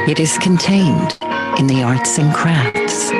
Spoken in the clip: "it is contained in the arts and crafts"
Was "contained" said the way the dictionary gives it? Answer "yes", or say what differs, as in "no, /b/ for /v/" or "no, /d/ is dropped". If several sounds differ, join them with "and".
yes